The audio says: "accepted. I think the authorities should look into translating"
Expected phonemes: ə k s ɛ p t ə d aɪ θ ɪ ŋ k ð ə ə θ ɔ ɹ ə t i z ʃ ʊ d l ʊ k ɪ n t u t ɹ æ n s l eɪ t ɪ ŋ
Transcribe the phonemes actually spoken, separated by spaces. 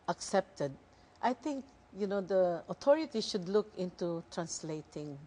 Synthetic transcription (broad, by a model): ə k s ɛ p t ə d aɪ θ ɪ ŋ k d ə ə t ɔ ɹ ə t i ʃ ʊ d l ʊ k ɪ n t u t ɹ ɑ n s l eɪ t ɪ ŋ